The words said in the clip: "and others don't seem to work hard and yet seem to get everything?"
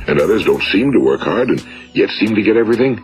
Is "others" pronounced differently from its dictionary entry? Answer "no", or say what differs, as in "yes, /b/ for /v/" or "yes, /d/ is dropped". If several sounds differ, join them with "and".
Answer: no